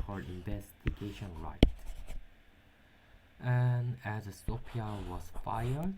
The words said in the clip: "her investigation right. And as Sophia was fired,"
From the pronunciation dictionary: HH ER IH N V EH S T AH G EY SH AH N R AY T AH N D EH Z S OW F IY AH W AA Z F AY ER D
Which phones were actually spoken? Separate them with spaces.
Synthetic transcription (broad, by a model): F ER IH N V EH S T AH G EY SH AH N R AY T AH N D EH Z S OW P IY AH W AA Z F AY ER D